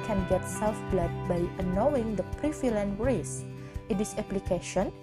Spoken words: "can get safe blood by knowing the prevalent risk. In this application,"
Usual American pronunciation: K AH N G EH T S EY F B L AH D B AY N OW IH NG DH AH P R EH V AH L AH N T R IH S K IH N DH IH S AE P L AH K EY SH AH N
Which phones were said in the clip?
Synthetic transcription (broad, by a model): K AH N G EH T S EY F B L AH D B AY N OW IH NG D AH P R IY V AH L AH N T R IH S IH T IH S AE P L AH K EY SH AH N